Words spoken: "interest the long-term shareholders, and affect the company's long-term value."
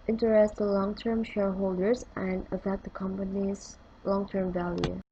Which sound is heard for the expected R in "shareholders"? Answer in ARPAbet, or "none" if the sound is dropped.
R